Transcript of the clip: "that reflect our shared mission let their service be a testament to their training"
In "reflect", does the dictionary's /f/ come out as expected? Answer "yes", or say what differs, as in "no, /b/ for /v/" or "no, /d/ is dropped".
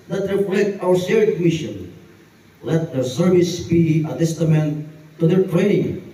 no, /p/ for /f/